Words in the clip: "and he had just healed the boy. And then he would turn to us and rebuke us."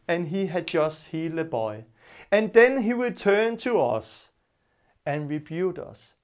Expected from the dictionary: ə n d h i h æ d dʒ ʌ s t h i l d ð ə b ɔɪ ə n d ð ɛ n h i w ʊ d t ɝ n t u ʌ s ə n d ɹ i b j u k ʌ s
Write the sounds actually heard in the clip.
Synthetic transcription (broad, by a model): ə n h i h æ d dʒ ʌ s t h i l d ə b ɔɪ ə n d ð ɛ n h i w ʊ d t ɝ n t u ʌ s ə n ɹ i b j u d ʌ s